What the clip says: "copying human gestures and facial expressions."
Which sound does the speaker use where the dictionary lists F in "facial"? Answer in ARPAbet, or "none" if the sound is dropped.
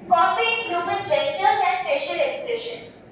P